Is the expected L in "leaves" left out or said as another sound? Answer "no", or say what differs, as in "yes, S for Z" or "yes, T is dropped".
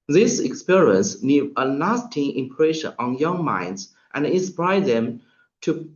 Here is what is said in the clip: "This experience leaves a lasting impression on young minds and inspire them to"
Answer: yes, N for L